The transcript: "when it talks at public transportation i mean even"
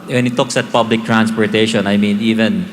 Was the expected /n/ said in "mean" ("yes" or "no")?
yes